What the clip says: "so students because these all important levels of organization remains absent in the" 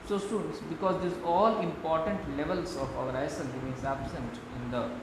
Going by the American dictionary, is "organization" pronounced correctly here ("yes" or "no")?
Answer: no